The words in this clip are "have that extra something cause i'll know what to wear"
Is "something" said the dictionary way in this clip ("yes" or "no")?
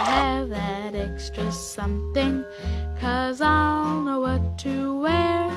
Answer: yes